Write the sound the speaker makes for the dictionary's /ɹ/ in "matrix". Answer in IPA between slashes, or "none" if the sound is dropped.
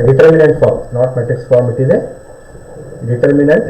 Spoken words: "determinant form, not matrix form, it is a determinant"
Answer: none